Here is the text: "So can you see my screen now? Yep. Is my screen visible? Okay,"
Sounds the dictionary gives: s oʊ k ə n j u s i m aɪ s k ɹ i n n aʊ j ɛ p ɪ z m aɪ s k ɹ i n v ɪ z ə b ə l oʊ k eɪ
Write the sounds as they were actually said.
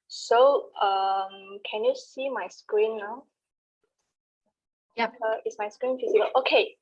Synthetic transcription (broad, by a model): s oʊ k ə n j u s i m aɪ s k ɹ i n n aʊ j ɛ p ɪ s m aɪ s k ɹ i n f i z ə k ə l oʊ k eɪ